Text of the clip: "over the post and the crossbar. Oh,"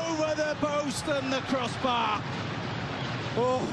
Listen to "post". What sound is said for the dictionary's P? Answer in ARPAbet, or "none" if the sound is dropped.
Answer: B